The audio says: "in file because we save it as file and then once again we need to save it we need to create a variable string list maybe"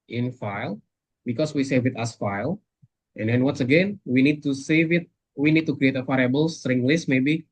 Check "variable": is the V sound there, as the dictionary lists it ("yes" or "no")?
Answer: no